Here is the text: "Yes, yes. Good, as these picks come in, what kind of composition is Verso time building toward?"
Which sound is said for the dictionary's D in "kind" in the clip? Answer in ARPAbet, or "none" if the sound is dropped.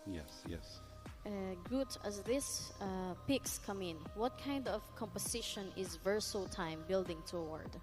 D